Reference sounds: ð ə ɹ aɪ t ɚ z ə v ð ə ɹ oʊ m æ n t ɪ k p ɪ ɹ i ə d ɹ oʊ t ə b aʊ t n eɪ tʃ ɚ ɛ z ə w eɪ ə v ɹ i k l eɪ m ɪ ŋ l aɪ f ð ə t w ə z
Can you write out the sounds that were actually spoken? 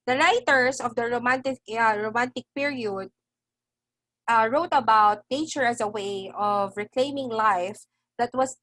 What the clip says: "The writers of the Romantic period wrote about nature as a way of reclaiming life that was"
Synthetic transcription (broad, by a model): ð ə ɹ aɪ t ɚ s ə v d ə ɹ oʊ m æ n t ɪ k p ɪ ɹ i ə d ɹ oʊ t ə b aʊ t n eɪ tʃ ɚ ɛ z ə w eɪ ə v ɹ i k l eɪ m ɪ ŋ l aɪ f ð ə t w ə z